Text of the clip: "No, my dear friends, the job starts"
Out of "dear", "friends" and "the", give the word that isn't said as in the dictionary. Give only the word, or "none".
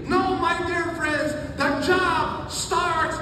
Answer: none